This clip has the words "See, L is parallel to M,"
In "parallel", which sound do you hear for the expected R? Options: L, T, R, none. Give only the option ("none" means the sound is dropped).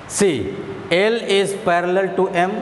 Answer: R